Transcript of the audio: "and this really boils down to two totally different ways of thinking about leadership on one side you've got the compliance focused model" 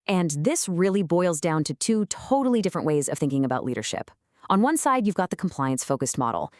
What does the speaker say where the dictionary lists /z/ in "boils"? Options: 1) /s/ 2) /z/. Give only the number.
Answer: 2